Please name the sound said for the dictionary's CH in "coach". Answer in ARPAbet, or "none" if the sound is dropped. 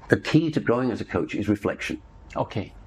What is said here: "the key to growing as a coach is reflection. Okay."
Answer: CH